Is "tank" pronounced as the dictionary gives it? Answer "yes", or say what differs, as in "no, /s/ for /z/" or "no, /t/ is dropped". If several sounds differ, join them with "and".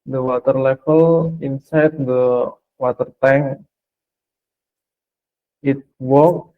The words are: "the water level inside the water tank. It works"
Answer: no, /k/ is dropped